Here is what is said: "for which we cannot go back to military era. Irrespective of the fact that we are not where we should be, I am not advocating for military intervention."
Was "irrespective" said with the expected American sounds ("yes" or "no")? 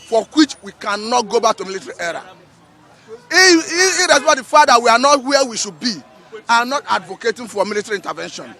no